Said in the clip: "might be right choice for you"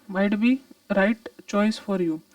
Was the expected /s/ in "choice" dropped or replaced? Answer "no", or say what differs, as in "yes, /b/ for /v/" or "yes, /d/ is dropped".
no